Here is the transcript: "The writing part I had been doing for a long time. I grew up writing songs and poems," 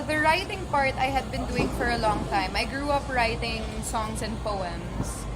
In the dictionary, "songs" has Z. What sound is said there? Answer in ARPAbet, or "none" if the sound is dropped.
S